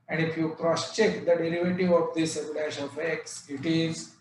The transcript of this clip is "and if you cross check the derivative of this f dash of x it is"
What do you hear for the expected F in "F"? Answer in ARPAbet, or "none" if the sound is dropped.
P